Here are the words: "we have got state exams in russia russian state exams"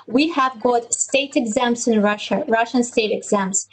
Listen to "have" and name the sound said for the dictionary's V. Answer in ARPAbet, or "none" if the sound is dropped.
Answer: V